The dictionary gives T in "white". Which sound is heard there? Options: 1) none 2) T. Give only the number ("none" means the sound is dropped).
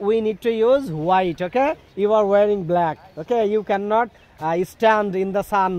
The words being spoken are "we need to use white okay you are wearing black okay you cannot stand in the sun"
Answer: 2